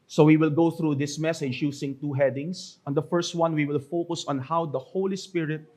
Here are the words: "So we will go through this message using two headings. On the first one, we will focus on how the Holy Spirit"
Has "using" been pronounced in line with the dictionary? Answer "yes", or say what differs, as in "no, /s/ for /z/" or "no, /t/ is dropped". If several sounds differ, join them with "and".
no, /s/ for /z/